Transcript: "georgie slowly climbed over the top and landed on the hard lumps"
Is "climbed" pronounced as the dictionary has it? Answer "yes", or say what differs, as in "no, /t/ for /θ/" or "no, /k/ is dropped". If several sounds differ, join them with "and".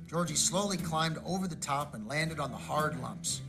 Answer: yes